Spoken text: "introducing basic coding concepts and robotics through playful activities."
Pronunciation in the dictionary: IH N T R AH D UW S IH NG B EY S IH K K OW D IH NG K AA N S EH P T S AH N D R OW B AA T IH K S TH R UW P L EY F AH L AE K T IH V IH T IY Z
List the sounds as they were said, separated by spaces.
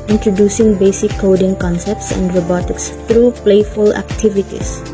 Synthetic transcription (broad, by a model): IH N T R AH D UW S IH NG B EY S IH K K OW D IH NG K AA N S EH P T S AH N D R OW B AA T IH K S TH R UW P L EY F AH L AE K T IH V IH T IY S